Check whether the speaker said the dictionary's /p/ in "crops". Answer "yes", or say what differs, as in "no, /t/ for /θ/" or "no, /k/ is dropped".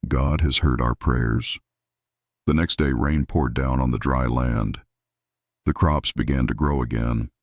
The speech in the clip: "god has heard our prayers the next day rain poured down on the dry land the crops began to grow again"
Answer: yes